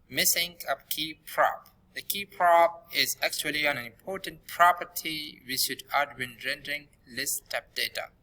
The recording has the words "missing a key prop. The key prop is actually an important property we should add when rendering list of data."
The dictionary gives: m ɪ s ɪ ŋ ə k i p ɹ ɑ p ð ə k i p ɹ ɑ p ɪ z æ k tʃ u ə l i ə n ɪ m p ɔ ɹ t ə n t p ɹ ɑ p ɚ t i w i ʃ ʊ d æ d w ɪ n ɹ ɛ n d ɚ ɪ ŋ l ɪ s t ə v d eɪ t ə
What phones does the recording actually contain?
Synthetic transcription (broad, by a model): m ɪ s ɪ ŋ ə k i p ɹ ɑ p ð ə k i p ɹ ɑ p ɪ z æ k tʃ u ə l i ə n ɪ m p ɔ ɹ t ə n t p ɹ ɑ p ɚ t i w i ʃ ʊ d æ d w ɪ n ɹ ɛ n d ɚ ɪ ŋ l ɪ s t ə p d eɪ t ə